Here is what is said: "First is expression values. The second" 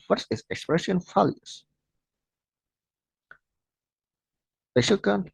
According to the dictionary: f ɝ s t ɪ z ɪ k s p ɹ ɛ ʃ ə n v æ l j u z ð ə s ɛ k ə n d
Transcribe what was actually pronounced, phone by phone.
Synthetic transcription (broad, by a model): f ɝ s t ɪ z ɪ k s p ɹ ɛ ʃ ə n f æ l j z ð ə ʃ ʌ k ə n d